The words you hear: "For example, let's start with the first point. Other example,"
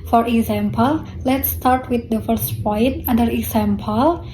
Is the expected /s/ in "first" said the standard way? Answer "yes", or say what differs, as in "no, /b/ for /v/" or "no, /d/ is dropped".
yes